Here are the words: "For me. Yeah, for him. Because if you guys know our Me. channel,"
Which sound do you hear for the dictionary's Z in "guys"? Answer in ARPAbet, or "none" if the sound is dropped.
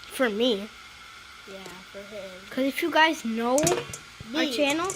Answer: Z